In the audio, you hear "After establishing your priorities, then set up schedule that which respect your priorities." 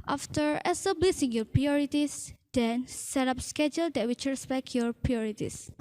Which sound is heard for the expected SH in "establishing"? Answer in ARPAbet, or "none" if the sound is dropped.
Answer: S